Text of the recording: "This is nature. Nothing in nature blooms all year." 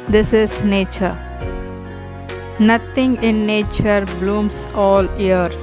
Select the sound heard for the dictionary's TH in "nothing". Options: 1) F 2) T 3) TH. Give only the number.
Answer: 2